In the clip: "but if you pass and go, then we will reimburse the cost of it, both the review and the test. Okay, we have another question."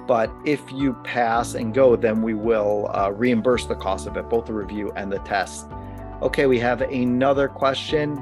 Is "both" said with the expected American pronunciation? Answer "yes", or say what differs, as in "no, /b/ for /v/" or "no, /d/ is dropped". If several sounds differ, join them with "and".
yes